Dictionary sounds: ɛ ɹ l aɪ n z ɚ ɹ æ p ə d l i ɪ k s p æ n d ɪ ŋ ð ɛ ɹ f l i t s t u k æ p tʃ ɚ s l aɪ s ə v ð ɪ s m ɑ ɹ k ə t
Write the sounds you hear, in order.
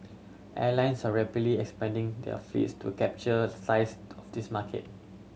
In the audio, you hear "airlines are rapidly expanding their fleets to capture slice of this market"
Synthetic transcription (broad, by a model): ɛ l aɪ n s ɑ ɹ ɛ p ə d l i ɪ k s p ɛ n d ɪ ŋ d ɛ f l i t s t u k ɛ p tʃ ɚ s aɪ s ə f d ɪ s m ɑ k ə t